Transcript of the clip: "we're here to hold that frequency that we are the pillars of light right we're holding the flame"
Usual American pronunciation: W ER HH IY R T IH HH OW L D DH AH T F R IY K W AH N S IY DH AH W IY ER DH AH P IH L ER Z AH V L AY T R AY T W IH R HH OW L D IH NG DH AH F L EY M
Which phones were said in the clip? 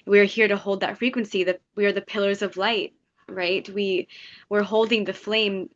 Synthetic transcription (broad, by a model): W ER HH IY R T IH HH OW L D DH AH T F R IY K W AH N S IY DH AH W IY ER DH AH P IH L ER Z AH V L AY T R AY T W IH R HH OW L D IH NG DH AH F L EY M